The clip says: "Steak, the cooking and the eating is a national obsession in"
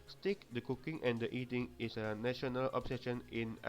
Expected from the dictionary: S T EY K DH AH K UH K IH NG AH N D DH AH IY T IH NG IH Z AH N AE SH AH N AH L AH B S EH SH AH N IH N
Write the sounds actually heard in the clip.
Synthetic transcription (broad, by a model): S T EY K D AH K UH K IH NG AH N D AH IY T IH NG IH S AH N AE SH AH N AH L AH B S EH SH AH N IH N